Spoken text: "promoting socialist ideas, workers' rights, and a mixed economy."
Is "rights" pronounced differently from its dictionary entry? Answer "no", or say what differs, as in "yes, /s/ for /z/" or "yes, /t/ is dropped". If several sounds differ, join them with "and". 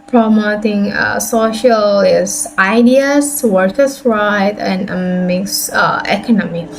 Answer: yes, /s/ is dropped